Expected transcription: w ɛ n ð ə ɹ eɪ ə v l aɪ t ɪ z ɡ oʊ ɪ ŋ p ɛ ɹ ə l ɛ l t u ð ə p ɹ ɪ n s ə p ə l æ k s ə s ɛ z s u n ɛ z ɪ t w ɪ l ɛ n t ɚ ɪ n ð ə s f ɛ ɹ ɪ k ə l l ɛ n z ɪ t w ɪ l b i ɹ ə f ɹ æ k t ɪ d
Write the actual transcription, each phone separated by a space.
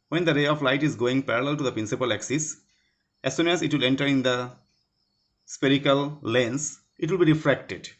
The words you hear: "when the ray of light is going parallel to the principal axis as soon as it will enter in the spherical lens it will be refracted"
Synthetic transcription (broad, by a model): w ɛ n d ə ɹ eɪ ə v l aɪ t ɪ z ɡ oʊ ɪ ŋ p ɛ ɹ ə l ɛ l t u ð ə p ɹ ɪ n s ə p ə l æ k s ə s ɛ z s u n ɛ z ɪ t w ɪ l ɛ n t ɚ ɪ n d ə s p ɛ ɹ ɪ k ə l l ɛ n s ɪ t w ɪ l b i ɹ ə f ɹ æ k t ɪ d